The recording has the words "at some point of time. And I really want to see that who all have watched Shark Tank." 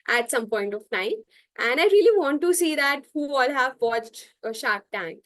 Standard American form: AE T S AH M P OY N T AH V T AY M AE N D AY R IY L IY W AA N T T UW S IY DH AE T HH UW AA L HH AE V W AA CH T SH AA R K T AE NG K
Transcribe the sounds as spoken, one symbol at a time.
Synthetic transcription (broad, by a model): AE T S AH M P OY N T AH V T AY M AE N D AY R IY L IY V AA N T T UW S IY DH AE T HH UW AA L HH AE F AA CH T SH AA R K T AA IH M